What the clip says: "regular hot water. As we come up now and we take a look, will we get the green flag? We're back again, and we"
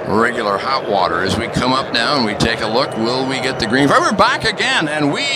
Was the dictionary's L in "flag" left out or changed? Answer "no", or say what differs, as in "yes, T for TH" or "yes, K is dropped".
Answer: yes, L is dropped